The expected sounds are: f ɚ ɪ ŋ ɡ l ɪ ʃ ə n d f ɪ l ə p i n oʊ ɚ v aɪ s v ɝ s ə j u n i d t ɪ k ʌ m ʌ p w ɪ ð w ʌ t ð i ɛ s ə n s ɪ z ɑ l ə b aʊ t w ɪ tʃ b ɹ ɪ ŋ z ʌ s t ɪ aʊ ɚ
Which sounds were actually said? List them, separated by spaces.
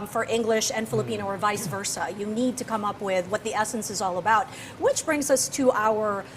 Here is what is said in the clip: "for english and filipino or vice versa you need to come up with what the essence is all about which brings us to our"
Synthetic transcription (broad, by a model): f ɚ ɪ ŋ ɡ l ɪ ʃ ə n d f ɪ l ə p i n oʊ ɚ v aɪ s v ɝ s ə j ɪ n i d t ɪ k ʌ m ʌ p w ɪ ð w ʌ t ð i ɛ s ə n s ɪ z ɑ l ə b aʊ t w ɪ tʃ b ɹ ɪ ŋ z ʌ s t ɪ aʊ ɚ